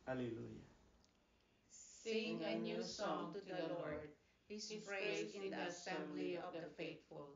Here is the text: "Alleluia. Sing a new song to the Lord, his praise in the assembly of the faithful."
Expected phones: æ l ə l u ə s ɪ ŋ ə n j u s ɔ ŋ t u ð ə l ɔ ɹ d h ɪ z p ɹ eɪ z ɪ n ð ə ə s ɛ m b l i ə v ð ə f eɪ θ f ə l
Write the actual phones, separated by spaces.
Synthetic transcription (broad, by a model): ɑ l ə l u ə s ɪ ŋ ə n j u s ɔ ŋ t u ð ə l ɔ ɹ d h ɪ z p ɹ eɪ ɪ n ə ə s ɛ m l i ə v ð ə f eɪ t f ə l